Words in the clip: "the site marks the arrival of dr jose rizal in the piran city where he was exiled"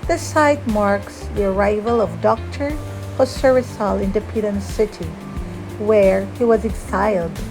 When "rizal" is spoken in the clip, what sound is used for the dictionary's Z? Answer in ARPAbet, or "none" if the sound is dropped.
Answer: S